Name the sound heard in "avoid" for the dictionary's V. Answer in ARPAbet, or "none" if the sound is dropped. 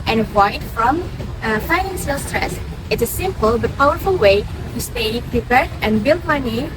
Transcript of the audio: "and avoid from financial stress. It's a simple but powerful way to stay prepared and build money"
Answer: none